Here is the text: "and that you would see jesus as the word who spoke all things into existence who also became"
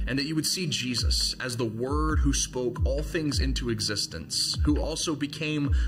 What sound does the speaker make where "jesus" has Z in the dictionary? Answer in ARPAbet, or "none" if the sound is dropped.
Z